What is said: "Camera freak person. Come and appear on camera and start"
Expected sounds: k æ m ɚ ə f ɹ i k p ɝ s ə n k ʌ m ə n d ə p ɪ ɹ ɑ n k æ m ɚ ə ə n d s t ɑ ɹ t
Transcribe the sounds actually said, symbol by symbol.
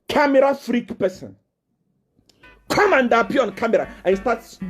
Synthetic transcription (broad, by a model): k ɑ m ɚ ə f ɹ i k p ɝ s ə n k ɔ m ə n d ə p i ɑ n k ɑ m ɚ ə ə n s t ɑ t